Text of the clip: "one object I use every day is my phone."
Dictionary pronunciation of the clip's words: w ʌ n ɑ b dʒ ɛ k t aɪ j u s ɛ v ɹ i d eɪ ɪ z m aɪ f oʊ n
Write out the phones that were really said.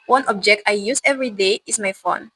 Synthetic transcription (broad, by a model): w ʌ n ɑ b dʒ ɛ k t aɪ j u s ɛ v ɹ i d eɪ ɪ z m aɪ f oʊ n